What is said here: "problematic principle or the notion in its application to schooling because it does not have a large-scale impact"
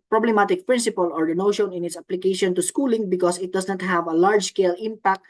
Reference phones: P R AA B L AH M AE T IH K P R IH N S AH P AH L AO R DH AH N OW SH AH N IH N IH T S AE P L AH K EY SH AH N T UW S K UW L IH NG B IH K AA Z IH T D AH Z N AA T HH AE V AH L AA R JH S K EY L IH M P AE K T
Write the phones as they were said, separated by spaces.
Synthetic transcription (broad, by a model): P R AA B L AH M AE T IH K P R IH N S AH P AH L AO R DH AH N OW SH AH N IH N IH T S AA P L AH K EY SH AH N T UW S K UW L IH NG B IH K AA S IH T D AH S N AA T HH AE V AH L AA R JH S K EY L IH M P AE K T